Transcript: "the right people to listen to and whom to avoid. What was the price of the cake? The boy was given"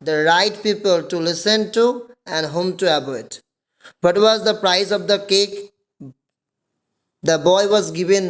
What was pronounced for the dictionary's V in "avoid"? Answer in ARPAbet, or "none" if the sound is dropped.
B